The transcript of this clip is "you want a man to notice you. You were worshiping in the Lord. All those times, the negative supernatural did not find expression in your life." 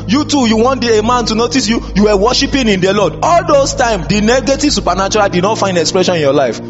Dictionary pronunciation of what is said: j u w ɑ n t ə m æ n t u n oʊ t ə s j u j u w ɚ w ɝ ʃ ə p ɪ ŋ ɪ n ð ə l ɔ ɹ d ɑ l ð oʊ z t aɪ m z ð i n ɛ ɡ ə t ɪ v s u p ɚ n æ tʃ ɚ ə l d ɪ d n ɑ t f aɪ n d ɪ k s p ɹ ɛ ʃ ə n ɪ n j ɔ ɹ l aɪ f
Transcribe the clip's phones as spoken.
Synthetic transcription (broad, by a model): j u w ɑ n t ə m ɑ n t u n oʊ t ə s j u j u w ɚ w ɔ ʃ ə p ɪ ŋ ɪ n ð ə l ɔ d ɑ l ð oʊ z t aɪ m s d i n ɛ ɡ ə t ɪ v s u p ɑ n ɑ tʃ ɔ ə l d ɪ d n ɑ t f aɪ n d ɪ k s p ɹ ɛ ʃ ə n ɪ n j ɔ l aɪ f